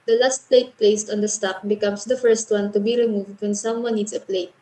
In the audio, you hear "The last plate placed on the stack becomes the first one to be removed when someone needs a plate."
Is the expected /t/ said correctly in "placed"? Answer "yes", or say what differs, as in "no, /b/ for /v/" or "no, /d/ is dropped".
yes